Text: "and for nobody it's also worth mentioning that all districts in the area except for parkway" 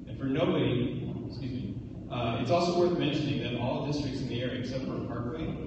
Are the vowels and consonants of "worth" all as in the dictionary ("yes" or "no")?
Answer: yes